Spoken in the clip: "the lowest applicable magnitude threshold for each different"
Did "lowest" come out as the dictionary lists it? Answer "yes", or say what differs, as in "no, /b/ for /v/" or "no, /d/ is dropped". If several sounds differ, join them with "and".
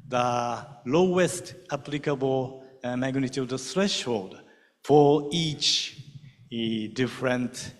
yes